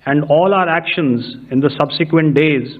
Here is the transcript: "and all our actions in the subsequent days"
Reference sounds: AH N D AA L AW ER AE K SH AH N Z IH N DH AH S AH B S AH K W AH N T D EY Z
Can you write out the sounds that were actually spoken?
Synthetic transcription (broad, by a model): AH N D AA L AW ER AE K SH AH N Z IH N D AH S AH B S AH K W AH N T D EY Z